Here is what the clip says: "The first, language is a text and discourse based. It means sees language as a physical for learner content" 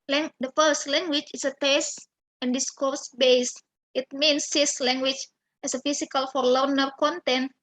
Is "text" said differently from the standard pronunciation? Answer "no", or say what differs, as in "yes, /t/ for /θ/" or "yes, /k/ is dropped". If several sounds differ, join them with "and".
yes, /k/ is dropped